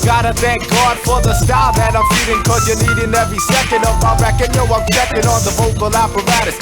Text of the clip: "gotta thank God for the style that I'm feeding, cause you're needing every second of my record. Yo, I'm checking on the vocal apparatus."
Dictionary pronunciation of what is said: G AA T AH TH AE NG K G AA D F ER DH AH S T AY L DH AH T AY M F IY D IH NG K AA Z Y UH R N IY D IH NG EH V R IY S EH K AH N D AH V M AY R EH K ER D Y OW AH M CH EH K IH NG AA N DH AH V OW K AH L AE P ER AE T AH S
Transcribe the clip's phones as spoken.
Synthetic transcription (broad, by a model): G AA T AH TH AE NG K G AA D F ER DH AH S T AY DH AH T AY M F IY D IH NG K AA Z Y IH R N IY D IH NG EH V R IY S EH K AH N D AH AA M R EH K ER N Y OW AH M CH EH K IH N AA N DH AH V OW K AH L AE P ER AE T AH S